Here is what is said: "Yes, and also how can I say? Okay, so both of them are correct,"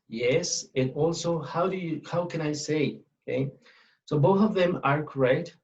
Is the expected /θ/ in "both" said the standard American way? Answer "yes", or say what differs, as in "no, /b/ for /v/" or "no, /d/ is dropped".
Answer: yes